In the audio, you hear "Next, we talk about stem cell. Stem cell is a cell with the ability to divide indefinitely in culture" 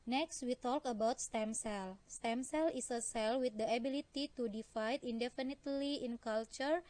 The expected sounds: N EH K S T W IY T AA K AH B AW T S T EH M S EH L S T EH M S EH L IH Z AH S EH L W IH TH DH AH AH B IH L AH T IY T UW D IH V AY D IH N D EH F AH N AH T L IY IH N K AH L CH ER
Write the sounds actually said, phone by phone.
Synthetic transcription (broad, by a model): N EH K S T W IY T AA K AH B AW T S T EH M S EH L S T EH M S EH L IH S AH S EH L W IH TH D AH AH B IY L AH T IY T UW D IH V AY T IH N D EH F AH N AH T L IY IH N K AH L CH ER